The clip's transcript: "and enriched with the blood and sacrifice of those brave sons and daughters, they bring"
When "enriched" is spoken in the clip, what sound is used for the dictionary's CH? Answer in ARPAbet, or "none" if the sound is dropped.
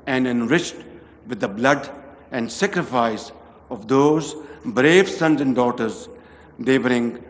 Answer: CH